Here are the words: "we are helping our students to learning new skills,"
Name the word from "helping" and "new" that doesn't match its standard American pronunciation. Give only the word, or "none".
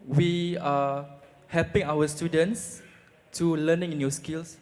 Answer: none